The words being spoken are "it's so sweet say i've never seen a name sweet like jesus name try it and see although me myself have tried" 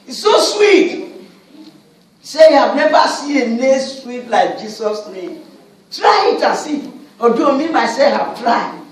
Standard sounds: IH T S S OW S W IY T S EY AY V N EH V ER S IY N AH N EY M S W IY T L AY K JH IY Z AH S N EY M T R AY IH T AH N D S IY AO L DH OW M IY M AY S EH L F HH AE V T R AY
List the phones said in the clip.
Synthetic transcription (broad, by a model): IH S S OW S W IY T S EY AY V N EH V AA S IY AH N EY S W IY T L AY K JH IY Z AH S N EY M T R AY IH T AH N S IY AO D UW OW M IY M AY S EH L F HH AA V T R AY